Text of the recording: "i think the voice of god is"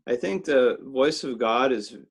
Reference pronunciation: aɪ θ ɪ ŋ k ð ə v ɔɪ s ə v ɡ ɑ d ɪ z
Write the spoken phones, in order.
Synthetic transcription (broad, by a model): aɪ θ ɪ ŋ k ð ə v ɔɪ s ə v ɡ ɑ d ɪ z